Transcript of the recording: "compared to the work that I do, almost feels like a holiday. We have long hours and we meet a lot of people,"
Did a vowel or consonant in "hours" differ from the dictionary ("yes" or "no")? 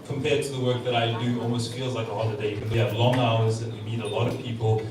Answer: no